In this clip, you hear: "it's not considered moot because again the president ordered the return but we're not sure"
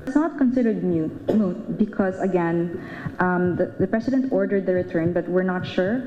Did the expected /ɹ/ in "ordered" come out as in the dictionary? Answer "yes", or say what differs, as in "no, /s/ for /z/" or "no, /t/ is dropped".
yes